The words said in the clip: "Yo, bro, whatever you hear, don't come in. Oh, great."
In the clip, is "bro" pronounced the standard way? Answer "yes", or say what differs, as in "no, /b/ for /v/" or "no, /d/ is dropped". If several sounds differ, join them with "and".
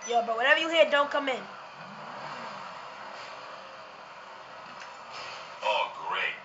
no, /ɹ/ is dropped